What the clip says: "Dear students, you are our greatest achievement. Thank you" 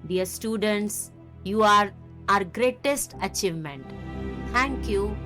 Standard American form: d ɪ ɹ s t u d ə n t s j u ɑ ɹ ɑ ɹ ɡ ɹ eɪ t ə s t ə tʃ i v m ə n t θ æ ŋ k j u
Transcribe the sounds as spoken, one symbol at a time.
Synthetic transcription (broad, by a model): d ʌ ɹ s t u d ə n t s j u ɑ ɹ ɑ ɹ ɡ ɹ eɪ t ə s t ə tʃ i v m ə n t t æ ŋ k j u